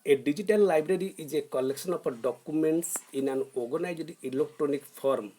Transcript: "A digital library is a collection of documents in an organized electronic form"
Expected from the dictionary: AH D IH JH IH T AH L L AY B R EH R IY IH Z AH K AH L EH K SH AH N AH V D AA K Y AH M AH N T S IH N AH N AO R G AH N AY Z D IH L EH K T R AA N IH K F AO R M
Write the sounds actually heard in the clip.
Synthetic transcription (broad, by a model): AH D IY JH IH T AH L L AY B R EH R IY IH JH AH K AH L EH K S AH N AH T D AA K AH M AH N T S IH N AH N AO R G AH N AY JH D IH L EH K T R AA N IH K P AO R M